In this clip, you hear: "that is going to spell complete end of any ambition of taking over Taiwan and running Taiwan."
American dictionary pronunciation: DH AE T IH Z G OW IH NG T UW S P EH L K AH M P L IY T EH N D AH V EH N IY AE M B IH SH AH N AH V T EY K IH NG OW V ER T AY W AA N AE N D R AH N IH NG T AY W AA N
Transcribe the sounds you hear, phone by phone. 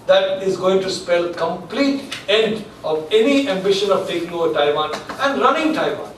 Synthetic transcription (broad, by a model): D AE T IH Z G OW IH NG T UW S P EH L K AH M P L IY T EH N D AH V EH N IY AE M B IH SH AH N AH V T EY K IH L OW ER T AY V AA N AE N D R AH N IH NG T AY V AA N